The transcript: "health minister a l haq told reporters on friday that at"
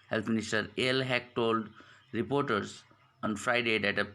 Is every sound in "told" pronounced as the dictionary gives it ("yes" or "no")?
yes